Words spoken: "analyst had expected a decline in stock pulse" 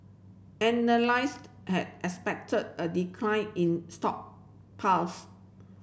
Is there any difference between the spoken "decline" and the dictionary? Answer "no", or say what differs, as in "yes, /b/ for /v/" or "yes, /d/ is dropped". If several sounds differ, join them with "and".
no